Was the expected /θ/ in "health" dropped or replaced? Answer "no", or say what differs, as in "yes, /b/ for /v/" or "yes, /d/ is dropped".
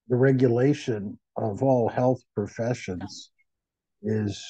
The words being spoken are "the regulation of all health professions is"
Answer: no